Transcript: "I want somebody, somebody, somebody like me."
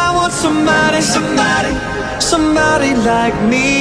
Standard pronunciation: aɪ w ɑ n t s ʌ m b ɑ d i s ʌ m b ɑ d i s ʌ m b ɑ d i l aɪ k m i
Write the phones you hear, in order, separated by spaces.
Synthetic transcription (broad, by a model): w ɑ t s ʌ m b ɑ d i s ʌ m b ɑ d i s ʌ m b ɑ d i l aɪ k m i